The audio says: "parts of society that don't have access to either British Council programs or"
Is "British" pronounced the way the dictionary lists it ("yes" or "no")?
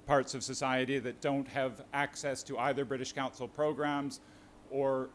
yes